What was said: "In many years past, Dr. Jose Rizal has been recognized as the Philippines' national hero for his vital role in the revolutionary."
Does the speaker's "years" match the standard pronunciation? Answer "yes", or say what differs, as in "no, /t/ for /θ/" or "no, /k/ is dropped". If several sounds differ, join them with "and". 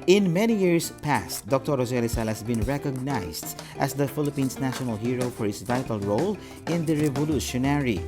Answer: no, /s/ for /z/